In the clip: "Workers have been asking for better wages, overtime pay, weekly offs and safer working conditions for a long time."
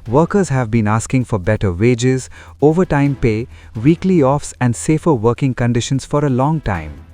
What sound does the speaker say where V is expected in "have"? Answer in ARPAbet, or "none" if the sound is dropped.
V